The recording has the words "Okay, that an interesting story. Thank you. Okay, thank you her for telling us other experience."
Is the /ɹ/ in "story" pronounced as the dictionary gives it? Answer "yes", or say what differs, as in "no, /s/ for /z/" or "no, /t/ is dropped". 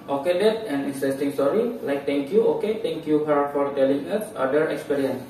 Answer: no, /l/ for /ɹ/